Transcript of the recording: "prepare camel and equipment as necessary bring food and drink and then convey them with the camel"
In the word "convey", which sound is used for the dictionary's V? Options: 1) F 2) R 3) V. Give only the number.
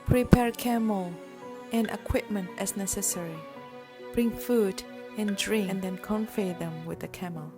1